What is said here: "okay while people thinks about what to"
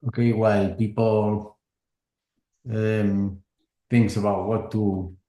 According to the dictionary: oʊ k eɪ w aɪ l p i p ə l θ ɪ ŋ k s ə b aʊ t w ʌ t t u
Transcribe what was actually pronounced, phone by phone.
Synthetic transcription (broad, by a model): oʊ k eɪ w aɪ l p i p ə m θ ɪ ŋ k s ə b aʊ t w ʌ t t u